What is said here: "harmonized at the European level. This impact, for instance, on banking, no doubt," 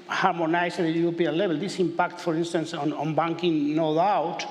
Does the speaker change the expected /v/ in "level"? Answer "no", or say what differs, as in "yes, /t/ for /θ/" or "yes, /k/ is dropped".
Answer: yes, /b/ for /v/